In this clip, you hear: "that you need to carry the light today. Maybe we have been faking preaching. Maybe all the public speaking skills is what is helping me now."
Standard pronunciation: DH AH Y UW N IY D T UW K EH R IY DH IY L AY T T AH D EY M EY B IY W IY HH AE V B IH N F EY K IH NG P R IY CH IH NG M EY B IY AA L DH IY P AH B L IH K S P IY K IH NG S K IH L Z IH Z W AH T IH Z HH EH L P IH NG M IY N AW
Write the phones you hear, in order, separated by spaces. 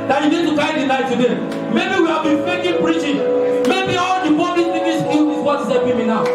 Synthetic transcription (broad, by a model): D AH Y UW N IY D T UW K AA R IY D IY N AY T T AH D EY M EY B IY W IY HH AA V B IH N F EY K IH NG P R IY CH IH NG M EY B IY AA L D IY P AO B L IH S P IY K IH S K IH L IH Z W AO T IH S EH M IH M IY N AW